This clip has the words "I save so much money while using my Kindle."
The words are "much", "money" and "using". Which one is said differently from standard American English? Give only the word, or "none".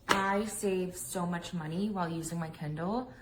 none